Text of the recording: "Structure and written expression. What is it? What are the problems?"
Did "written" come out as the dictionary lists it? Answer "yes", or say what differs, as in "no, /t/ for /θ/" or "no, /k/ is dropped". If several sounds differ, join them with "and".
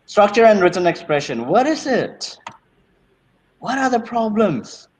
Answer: yes